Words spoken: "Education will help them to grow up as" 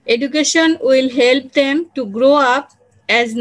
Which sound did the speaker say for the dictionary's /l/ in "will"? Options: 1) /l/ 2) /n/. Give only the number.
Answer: 1